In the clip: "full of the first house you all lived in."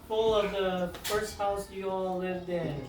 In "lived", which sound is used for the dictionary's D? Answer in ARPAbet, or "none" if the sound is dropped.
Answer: D